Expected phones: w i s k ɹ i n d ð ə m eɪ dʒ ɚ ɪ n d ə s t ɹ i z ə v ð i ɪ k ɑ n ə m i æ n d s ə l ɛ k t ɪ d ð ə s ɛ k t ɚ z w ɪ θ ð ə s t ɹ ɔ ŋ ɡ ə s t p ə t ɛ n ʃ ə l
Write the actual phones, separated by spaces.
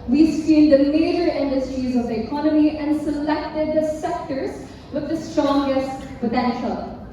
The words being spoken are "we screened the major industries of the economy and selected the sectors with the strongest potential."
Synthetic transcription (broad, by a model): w i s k i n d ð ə m eɪ dʒ ɚ ɪ n d ə s t ɹ i z ə v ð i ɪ k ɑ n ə m i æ n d s ə l ɛ k t ɪ d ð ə s ɛ k t ɚ z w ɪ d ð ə s t ɹ ɔ ŋ ɡ ə s t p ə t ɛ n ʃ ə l